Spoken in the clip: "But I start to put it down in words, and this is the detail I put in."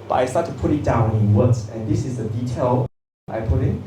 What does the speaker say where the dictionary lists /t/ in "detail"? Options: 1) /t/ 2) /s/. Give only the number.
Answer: 1